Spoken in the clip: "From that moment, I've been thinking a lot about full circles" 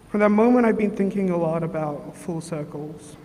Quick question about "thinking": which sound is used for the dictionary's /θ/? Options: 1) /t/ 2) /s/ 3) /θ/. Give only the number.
3